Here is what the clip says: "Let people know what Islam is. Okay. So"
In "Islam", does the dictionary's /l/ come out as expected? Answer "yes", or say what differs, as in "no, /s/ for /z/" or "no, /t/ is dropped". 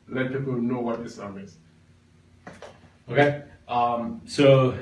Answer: no, /l/ is dropped